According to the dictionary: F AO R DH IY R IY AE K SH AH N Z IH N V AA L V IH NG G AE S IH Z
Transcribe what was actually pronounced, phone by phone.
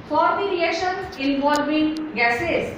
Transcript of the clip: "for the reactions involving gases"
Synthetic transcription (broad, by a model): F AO R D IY R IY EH SH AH N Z IH N V AA L V IH NG G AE S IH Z